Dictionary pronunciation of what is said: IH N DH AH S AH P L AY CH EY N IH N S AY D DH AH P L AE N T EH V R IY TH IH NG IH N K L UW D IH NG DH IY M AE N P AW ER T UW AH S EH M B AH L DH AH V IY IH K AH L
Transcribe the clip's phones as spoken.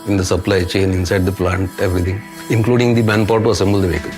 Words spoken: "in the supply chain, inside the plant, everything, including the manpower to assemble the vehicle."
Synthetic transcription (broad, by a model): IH N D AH S AH P L AY CH EY N IH N S AY D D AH P L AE N T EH V R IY T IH NG IH N K L UW D IH NG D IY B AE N P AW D T UW AH S EH M B AH L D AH V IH K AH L